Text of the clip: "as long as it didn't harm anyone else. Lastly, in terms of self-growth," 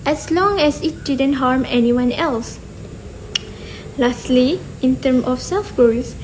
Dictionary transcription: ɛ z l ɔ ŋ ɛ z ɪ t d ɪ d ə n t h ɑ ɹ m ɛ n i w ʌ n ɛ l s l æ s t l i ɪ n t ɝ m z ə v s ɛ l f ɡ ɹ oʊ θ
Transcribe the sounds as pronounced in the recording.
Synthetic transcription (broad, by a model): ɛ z l ɔ ŋ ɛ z ɪ t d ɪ d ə n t h ɑ ɹ m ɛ n i w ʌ n ɛ l s l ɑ s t l i ɪ n t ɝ m ə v s ɛ l f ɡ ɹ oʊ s